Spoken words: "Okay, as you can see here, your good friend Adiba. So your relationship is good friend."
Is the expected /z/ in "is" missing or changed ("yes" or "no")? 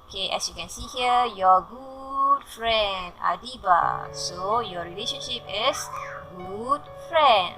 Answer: yes